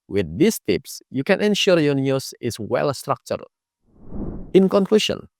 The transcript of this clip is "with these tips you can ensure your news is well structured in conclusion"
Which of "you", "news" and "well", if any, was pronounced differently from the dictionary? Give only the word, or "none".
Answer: news